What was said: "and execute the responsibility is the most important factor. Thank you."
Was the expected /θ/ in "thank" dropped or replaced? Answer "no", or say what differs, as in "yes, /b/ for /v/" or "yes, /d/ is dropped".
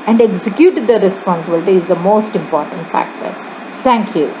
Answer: yes, /t/ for /θ/